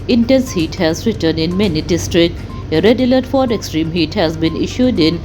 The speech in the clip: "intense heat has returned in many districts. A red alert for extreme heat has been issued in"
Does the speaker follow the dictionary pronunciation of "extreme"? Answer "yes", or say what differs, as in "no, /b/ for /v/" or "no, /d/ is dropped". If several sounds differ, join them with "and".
yes